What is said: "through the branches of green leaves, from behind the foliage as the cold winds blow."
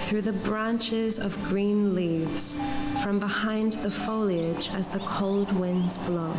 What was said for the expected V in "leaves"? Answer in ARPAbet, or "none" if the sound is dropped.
V